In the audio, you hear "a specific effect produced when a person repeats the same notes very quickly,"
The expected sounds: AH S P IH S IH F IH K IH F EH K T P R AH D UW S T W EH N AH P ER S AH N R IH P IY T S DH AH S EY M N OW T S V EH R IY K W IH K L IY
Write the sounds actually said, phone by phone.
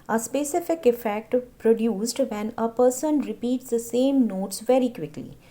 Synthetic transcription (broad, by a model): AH S P IH S IH F IH K IH F EH K T P R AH D UW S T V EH N AH P ER S AH N R IH P IY T S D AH S EY M N OW T S V EH R IY K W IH K L IY